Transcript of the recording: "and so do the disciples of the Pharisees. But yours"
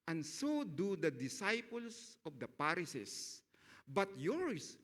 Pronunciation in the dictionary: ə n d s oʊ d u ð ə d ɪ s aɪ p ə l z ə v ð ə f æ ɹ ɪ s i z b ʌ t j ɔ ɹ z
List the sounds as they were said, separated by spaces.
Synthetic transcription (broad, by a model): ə n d s oʊ d u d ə d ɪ s aɪ p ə l s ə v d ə p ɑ ɹ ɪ s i s b ʌ t j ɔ ɹ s